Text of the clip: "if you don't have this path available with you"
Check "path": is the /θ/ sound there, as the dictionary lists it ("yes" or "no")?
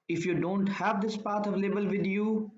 no